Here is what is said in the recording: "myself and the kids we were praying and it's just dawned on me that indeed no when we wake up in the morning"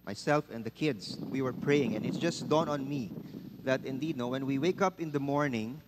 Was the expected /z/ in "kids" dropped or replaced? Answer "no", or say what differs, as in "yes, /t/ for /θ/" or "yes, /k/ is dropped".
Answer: yes, /s/ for /z/